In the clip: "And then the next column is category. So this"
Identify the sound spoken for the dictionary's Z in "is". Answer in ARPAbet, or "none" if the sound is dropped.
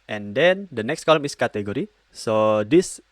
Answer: S